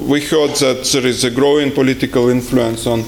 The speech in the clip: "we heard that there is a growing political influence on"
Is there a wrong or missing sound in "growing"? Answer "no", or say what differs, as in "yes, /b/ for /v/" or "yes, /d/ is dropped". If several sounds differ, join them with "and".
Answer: no